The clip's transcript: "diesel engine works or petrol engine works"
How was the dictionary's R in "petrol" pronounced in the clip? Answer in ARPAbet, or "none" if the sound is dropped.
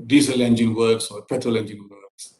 none